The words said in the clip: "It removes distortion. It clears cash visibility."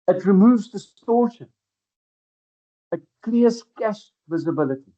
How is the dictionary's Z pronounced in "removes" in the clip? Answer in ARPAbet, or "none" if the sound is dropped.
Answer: Z